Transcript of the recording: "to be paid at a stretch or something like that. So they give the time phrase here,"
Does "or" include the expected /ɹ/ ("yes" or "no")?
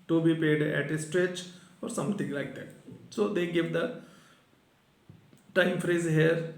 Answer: yes